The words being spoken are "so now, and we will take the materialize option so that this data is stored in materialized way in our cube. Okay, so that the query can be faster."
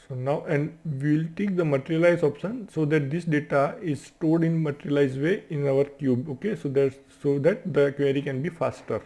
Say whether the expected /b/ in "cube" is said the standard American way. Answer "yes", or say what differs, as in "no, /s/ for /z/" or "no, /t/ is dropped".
yes